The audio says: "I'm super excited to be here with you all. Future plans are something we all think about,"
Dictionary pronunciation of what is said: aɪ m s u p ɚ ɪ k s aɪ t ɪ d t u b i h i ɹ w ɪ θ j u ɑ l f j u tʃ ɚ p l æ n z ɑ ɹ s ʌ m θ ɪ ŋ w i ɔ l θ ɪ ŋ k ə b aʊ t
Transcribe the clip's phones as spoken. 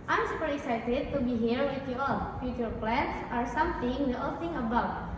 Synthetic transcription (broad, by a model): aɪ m s u p ɚ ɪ k s aɪ t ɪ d t u b i h i ɹ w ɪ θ j u ɑ l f j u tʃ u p l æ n s ɑ ɹ s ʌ m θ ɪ ŋ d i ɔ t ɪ ŋ ə b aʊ t